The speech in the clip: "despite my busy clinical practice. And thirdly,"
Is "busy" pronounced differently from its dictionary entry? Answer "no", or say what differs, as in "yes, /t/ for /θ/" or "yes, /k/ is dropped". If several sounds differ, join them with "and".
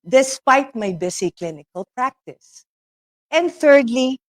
yes, /s/ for /z/